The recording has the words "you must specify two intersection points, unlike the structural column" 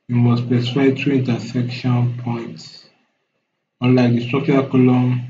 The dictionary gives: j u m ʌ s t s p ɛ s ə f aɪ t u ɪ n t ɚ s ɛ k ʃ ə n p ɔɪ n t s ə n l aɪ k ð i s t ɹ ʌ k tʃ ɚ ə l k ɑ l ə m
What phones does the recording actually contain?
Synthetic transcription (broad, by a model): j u m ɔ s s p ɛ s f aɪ t u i n t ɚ s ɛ k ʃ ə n p ɔɪ n t s ə n l aɪ k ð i s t ɹ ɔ k tʃ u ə k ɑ l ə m